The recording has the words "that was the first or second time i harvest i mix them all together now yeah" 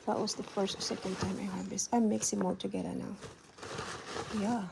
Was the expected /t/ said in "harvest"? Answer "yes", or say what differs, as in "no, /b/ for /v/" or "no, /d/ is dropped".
no, /t/ is dropped